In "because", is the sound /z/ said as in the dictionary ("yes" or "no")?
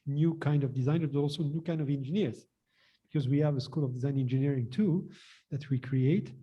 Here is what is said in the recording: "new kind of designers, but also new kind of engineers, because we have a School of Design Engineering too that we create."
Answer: yes